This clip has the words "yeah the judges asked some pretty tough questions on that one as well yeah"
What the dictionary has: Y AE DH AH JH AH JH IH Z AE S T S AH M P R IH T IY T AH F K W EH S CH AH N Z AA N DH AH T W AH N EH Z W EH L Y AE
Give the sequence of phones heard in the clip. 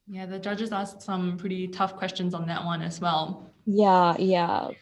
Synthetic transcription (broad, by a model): Y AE DH AH JH AH JH IH Z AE S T S AH M P R IH T IY T AH F K W EH S CH AH N Z N DH AH T W AH N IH Z W EH L Y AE